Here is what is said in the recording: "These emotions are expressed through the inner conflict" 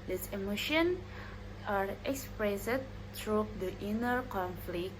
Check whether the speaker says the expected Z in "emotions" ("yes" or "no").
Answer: no